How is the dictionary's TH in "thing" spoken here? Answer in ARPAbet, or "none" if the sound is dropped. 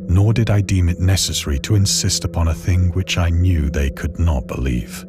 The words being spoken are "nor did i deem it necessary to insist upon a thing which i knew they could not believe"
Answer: TH